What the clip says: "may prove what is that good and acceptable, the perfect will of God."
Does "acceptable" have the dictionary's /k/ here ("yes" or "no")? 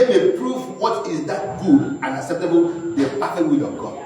yes